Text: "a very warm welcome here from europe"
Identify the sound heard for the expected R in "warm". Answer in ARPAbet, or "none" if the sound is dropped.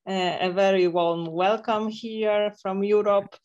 L